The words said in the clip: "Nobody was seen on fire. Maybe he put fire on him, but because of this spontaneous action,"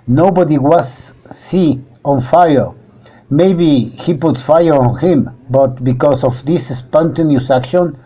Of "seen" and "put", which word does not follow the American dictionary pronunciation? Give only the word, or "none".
seen